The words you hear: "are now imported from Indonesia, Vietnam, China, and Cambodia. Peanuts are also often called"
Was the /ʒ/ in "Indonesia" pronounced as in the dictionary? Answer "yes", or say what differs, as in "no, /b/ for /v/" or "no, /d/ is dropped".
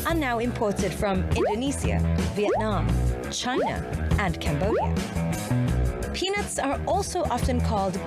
no, /s/ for /ʒ/